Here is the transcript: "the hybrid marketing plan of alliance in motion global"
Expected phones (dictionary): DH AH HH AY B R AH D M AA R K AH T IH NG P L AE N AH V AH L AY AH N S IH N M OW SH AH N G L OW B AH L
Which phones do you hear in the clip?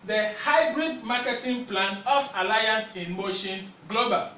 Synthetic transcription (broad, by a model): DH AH HH AY B R AH D M AA K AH T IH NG P L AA N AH F AH L AY AH N S IH N M OW SH AH N G L OW B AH L